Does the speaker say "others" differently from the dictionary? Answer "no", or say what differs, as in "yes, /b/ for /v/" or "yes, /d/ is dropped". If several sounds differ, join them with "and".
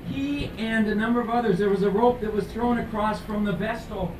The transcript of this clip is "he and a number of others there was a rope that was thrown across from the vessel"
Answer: no